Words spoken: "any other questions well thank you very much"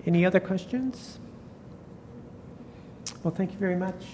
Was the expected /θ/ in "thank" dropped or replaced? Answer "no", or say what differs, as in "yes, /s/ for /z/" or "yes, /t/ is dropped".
no